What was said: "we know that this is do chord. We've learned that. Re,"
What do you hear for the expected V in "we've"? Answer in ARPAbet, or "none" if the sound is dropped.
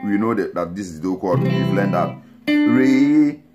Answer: B